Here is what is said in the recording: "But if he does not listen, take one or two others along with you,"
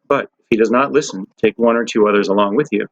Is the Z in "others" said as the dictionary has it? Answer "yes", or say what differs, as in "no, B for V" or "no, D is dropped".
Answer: yes